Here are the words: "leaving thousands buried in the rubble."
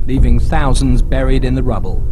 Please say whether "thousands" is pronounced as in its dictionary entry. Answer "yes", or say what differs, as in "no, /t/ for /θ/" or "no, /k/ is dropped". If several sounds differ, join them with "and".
yes